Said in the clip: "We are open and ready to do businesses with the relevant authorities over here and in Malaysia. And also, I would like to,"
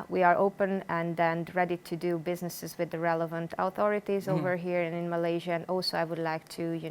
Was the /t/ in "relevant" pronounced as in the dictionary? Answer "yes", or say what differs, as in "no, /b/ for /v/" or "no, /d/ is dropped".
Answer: yes